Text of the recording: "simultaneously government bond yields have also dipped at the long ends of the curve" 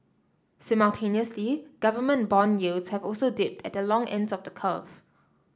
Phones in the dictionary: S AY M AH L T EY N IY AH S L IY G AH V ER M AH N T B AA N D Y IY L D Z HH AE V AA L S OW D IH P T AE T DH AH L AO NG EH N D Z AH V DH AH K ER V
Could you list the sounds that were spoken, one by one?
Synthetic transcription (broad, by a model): S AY M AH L T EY N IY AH S L IY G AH V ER M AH N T B AA N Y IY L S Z HH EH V AA L S OW D IH P T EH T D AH L AO NG EH N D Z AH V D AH K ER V